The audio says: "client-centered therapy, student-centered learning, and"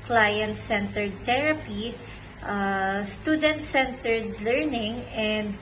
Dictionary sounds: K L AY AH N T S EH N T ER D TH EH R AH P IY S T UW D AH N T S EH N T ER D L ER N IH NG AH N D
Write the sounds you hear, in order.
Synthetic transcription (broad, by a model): K L AY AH N T S EH N T ER D T EH R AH P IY S T UW D AH N T S EH N T ER D L ER N IH NG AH N D